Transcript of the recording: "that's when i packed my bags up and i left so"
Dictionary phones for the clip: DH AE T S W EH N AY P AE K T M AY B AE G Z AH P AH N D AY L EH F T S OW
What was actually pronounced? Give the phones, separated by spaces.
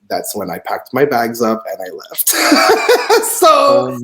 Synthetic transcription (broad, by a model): DH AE T S W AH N AY P AE K T M AY B AE G Z AH P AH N AY L EH F T S OW